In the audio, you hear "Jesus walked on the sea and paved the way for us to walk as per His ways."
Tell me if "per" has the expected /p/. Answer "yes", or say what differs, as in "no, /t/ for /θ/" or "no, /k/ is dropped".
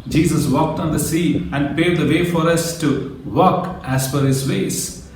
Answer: no, /f/ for /p/